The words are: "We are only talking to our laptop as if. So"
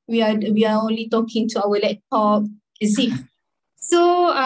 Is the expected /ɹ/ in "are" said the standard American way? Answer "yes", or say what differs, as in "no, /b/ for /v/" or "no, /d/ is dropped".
no, /w/ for /ɹ/